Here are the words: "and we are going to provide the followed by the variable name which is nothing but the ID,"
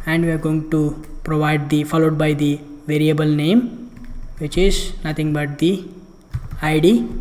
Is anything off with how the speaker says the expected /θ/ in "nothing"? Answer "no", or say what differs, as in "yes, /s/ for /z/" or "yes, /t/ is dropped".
yes, /t/ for /θ/